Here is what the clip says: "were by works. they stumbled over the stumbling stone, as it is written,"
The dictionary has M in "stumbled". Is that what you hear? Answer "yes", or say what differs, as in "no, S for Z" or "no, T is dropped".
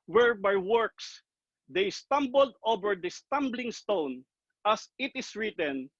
yes